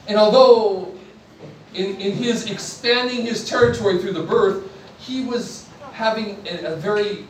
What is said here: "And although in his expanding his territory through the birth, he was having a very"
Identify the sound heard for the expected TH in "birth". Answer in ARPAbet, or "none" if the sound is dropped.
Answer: TH